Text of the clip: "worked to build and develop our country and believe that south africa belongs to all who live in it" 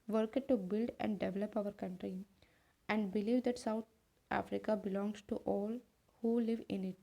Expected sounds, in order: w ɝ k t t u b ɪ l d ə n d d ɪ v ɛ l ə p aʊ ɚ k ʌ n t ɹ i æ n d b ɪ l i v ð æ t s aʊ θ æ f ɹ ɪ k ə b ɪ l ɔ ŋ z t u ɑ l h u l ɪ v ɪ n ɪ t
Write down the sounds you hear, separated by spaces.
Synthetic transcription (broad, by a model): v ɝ k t t u b ɪ l d ə n d d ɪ v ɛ l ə p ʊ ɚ k ʌ n t ɹ i æ n d b ɪ l i v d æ t s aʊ t æ f ɹ ɪ k ə b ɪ l ɔ ŋ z t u ɑ l h u l ɪ v ɪ n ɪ t